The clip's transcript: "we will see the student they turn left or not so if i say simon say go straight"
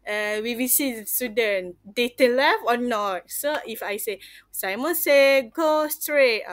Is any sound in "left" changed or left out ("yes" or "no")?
yes